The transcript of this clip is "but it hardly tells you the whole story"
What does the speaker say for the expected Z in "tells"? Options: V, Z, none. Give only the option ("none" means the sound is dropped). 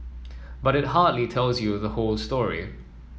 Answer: Z